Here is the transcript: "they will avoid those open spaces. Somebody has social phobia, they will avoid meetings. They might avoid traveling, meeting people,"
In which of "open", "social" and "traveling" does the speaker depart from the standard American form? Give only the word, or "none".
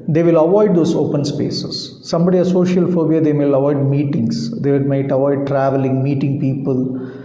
none